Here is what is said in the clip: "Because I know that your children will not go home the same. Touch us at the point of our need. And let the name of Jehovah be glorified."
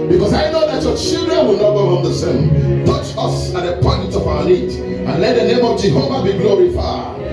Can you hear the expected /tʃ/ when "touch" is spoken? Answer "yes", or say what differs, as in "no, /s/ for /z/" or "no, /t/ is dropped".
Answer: yes